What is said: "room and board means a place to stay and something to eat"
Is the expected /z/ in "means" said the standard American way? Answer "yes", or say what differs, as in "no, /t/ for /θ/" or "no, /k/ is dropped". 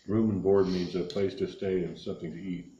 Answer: yes